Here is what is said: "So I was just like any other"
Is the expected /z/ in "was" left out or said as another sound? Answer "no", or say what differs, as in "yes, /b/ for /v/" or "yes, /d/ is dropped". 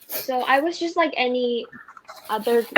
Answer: no